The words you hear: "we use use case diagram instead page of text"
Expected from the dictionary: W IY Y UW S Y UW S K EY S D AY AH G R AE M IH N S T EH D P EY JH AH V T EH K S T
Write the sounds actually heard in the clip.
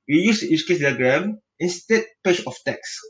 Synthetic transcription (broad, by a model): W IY Y UW S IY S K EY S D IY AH G R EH M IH N S T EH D P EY CH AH F T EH K S